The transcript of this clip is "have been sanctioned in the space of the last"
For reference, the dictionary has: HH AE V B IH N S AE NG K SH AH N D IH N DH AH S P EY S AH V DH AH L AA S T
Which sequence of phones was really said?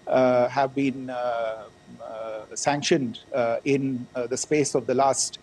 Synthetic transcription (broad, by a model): HH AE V B IH N S AE NG K SH AH N D IH N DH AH S P EY S AH V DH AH L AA S T